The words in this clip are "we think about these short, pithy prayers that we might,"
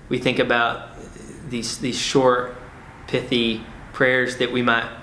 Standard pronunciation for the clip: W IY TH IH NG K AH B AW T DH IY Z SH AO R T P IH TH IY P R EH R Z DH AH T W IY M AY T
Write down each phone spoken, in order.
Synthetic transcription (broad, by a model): W IY TH IH NG K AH B AW T DH IY Z SH AO R T P IH TH IY P R EH R Z DH AH T W IY M AY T